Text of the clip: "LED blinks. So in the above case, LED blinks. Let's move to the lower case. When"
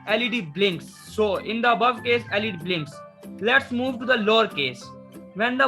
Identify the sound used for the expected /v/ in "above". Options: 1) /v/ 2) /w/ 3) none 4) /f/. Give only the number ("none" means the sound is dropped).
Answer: 1